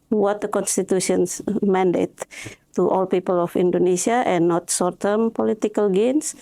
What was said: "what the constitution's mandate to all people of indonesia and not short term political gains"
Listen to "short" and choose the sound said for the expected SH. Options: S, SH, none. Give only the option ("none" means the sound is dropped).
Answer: S